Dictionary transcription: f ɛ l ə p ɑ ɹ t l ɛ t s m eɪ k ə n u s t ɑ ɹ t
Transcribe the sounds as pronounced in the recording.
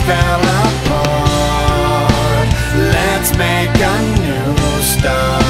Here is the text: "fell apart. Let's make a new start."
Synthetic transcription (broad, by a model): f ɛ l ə f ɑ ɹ l ɛ t s m eɪ k ə n u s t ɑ